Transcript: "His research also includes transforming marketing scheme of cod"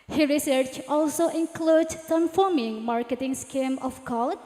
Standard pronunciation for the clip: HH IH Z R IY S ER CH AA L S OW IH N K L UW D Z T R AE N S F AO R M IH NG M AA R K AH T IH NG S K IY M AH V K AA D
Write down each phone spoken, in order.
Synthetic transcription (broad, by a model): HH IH R IY S ER CH AA L S OW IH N K L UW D S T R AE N F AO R M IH NG M AA R K AH T IH NG S K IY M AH F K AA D